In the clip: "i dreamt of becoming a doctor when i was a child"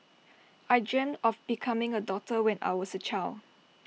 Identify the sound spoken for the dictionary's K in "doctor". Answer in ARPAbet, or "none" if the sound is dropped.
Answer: none